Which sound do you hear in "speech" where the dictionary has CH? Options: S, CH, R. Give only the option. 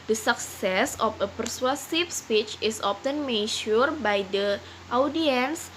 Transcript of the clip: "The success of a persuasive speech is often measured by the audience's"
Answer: CH